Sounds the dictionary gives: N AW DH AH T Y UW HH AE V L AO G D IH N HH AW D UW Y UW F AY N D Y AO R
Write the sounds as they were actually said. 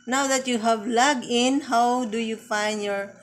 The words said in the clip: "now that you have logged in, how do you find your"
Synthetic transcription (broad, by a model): N AW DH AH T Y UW HH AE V L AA G IH N HH AW D UW Y UW F AY N D Y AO R